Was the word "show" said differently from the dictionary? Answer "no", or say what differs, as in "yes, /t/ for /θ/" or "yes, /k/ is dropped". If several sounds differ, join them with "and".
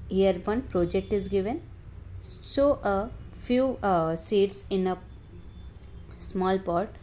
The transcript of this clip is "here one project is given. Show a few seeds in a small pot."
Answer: yes, /s/ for /ʃ/